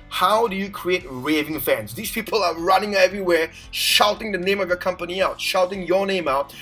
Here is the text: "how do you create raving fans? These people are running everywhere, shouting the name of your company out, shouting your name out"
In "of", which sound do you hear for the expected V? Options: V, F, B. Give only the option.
V